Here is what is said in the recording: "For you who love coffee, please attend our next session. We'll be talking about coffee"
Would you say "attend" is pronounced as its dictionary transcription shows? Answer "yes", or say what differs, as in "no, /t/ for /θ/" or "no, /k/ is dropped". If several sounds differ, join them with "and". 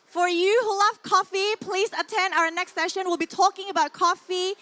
yes